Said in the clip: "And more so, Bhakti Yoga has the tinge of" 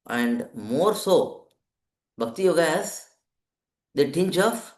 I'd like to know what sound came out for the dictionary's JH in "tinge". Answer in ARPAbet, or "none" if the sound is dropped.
CH